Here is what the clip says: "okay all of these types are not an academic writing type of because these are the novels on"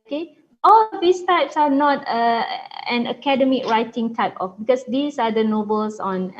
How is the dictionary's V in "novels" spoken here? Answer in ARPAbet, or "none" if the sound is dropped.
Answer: B